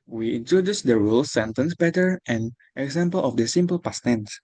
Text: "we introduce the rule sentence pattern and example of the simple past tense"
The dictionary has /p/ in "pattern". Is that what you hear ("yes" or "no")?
no